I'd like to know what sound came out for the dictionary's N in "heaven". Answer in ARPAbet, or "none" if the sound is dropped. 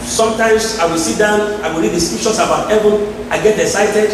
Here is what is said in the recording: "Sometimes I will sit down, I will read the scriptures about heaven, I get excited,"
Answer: N